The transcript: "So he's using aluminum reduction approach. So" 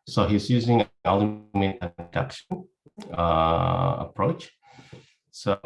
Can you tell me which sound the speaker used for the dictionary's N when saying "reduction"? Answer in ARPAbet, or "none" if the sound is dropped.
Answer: none